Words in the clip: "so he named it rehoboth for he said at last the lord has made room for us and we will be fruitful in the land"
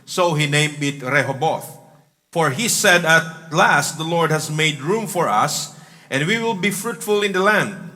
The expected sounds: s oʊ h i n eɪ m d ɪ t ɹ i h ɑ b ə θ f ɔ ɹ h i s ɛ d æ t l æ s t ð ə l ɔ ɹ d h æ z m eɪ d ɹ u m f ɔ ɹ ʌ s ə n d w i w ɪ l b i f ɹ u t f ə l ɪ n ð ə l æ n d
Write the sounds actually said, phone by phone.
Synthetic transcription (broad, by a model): s oʊ h i n eɪ m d ɪ t ɹ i h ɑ b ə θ f ɔ ɹ h i s ɛ d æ t l æ s t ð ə l ɔ ɹ d h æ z m eɪ d ɹ u m f ɔ ɹ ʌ s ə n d w i w ɪ l b i f ɹ u t f ə l ɪ n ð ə l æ n d